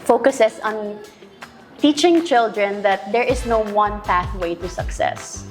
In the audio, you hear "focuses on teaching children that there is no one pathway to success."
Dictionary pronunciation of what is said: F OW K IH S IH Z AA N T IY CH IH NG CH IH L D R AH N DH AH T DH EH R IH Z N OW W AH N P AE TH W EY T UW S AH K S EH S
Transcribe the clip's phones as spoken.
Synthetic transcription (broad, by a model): F OW K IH S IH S AA N T IY CH IH NG CH IH L D R AH N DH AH T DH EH R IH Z N OW W AH N P AE TH W EY T UW S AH K S EH S